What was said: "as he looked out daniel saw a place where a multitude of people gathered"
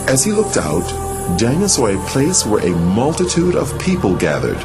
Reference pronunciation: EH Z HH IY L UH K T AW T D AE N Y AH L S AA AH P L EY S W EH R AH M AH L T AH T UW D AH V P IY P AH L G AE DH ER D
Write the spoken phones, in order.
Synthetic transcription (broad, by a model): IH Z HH IY L UH K T AW T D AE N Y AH S AA AH P L EY S W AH R AH M AH L T AH T UW D AH V P IY P AH L G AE DH ER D